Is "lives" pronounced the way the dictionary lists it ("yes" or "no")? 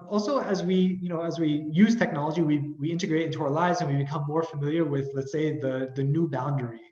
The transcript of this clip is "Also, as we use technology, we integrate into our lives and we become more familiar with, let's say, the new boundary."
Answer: yes